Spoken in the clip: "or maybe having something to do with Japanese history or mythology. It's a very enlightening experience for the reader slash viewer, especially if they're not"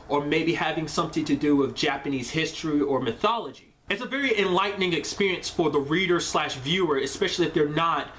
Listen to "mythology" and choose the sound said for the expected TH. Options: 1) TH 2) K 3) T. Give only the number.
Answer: 1